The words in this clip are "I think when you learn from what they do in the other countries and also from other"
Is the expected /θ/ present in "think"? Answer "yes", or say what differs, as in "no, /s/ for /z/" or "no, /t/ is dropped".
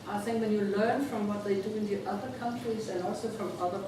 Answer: yes